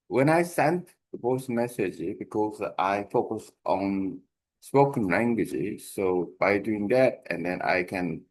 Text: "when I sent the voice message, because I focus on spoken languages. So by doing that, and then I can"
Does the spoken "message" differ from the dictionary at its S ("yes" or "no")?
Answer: no